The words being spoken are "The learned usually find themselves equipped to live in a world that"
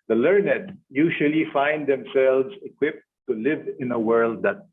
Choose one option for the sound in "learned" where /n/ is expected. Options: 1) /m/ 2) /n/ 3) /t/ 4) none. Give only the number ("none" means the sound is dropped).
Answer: 2